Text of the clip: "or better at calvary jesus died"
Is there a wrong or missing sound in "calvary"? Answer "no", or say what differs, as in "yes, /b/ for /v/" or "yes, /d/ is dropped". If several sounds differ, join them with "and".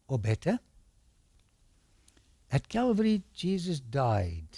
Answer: no